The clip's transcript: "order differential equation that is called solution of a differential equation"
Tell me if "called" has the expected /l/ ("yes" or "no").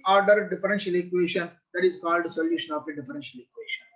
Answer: yes